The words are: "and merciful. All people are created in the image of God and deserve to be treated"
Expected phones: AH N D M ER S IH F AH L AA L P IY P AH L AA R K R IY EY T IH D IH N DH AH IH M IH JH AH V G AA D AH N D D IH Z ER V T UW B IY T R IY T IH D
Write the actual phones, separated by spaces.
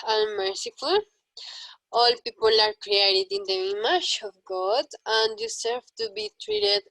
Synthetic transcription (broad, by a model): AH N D M ER S IH F AH L AA L P IY P AH L AA R K R IY EY T IH D IH N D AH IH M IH SH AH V G AA D AH N D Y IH S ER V T UW B IY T R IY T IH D